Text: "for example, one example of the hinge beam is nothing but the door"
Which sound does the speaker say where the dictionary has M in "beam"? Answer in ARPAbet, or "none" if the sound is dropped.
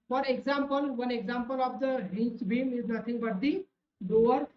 M